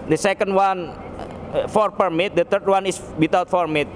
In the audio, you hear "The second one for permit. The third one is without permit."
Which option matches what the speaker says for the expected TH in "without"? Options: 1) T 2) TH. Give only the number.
1